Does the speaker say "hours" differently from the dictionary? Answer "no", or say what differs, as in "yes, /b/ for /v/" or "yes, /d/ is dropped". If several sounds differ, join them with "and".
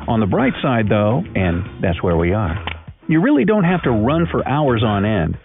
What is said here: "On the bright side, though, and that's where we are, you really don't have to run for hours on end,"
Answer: no